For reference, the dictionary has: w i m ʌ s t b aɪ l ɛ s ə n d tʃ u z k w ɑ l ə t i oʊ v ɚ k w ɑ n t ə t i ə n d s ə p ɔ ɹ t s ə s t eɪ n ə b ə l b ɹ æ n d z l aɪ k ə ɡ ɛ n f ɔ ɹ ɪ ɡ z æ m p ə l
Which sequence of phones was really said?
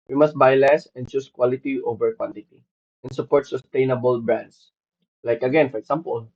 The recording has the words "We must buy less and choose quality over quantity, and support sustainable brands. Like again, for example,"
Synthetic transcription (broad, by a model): w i m ʌ s t b aɪ l ɛ s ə n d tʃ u s k w ɑ l ə t i oʊ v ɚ k w ɑ n t ə t i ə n s ə p ɔ ɹ t s ə s t eɪ n ə b ə l b ɹ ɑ n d s l aɪ k ə ɡ ɛ n f ɔ ɹ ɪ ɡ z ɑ m p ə l